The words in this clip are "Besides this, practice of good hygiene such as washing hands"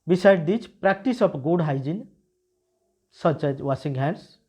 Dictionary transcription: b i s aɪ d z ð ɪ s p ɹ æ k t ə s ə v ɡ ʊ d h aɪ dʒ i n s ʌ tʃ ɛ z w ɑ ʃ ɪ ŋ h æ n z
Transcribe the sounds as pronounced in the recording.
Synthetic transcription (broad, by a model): b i s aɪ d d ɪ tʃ p ɹ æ k t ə s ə p ɡ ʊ d h aɪ dʒ i n s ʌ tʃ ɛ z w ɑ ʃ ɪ ŋ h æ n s